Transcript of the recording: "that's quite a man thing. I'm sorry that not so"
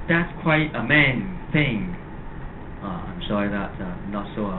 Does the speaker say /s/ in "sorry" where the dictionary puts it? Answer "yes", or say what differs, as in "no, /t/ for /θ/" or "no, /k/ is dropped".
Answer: no, /ʃ/ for /s/